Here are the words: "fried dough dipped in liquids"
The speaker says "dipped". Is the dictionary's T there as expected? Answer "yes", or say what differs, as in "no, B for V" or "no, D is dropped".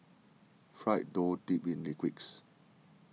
no, T is dropped